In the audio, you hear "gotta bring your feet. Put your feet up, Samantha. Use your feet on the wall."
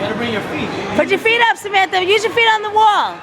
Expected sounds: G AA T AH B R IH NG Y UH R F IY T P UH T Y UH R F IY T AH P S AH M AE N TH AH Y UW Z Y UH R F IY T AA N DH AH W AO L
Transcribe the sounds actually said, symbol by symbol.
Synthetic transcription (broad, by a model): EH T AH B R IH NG Y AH R F IY T B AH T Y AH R F IY T AH P S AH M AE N T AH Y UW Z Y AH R F IY T N DH AH W AO L